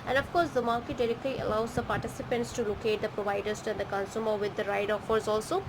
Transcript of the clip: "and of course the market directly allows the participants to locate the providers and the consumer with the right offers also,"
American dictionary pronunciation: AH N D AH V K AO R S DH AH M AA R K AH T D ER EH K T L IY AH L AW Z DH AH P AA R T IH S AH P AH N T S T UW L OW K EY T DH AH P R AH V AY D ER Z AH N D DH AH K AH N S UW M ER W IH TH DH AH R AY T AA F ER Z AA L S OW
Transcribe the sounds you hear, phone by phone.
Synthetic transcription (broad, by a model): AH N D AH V K AO R S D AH M AA R K AH T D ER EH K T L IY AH L AW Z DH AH P AA R T IH S AH P AH N T S T UW L OW K EY T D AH P R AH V AY D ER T AH N D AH K AH N S UW M ER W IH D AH R AY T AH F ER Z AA L S OW